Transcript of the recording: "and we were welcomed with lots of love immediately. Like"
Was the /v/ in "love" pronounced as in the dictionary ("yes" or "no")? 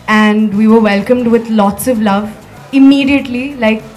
yes